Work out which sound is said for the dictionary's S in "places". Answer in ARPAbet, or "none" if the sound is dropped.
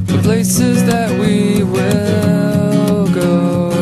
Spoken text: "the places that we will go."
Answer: S